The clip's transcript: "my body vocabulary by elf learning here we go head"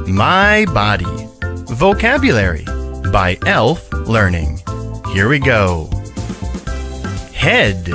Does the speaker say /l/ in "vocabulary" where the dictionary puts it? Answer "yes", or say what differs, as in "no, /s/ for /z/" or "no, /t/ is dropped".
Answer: yes